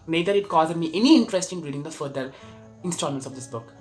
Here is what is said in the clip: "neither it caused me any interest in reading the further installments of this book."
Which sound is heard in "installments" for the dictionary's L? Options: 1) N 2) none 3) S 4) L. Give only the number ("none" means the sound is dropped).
2